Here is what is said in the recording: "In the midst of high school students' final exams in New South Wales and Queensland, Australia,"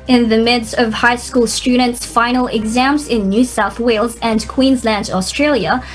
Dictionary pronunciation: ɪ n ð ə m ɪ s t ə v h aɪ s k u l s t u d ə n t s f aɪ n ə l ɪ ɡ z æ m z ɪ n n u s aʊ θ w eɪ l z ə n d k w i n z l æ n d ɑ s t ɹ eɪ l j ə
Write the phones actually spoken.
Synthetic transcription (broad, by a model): ɪ n ð ə m ɪ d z ə v h aɪ s k u l s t u d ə n t s f aɪ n l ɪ ɡ z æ m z ɪ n n u s aʊ θ w eɪ l z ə n k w i n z l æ n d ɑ s t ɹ eɪ l j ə